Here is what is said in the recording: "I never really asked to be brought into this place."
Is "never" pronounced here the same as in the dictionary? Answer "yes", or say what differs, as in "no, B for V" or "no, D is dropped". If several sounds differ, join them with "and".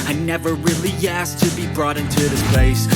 yes